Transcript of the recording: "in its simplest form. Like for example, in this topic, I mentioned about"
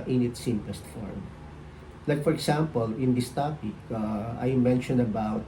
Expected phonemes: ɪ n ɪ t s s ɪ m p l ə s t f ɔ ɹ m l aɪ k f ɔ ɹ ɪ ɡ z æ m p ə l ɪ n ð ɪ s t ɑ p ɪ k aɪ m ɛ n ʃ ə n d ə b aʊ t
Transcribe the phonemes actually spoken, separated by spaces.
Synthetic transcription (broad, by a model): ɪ n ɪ t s s ɪ m p l ə s t f ɔ ɹ m l aɪ k f ɔ ɹ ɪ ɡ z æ m p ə l ɪ n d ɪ s t ɑ p ɪ k aɪ m ɛ n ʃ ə n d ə b aʊ t